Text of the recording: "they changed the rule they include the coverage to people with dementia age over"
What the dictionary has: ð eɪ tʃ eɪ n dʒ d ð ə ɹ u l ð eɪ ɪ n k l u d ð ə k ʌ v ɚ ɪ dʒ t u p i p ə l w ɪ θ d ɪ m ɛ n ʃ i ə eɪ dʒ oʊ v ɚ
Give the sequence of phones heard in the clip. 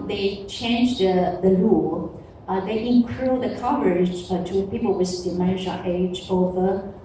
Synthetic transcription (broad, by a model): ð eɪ tʃ eɪ n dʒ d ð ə l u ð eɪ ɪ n k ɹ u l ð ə k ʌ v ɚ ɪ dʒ t u p i p ə l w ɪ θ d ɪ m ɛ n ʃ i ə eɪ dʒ oʊ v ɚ